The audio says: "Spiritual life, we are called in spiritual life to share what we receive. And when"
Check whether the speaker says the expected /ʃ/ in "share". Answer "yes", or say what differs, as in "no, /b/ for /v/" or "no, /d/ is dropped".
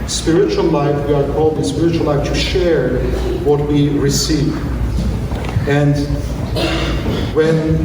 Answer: yes